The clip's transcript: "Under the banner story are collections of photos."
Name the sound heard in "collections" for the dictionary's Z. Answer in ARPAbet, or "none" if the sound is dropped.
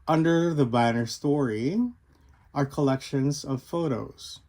Z